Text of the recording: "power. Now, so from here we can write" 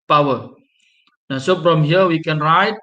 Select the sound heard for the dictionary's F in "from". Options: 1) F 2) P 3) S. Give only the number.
2